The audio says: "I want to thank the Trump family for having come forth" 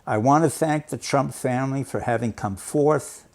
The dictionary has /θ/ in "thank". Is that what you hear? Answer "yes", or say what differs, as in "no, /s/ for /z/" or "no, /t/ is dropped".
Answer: yes